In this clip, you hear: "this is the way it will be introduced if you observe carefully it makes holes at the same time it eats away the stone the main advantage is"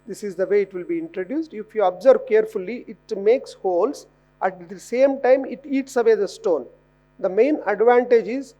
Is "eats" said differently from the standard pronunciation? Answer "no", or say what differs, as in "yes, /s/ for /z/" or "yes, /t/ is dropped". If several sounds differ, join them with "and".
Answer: no